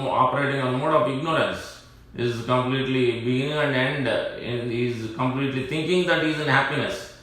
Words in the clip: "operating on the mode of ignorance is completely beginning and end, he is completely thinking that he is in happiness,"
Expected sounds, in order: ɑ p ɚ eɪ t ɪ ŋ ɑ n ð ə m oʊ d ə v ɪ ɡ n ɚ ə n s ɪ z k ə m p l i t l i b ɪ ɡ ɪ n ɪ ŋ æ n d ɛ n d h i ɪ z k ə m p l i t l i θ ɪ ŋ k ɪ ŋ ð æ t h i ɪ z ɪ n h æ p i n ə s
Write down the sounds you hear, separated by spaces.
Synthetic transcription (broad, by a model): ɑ p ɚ eɪ t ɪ ŋ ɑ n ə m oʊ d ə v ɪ ɡ n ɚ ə n s ɪ z k ə m p l i t l i b ɪ ɡ ɪ n ɪ ŋ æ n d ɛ n d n i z k ə m p l i t l i t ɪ ŋ k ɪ ŋ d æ t h i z ɪ n h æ p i n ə s